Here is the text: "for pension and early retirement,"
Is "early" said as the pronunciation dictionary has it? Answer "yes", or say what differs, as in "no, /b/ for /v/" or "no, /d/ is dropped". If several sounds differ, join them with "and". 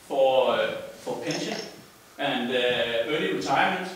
yes